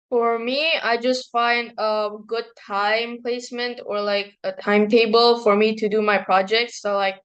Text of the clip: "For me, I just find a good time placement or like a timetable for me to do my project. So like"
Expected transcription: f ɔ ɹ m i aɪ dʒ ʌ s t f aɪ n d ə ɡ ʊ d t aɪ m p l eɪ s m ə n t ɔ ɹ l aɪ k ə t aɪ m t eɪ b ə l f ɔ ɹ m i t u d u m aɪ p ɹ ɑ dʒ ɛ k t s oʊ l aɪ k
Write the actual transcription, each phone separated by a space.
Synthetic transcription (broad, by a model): f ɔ ɹ m i aɪ dʒ ʌ s t f aɪ n d ə ɡ ʊ d t aɪ m p l eɪ s m ə n t ɔ ɹ l aɪ k ə t aɪ m t eɪ b ə l f ɔ ɹ m i t u d u m aɪ p ɹ ɑ dʒ ɛ k t s oʊ l aɪ k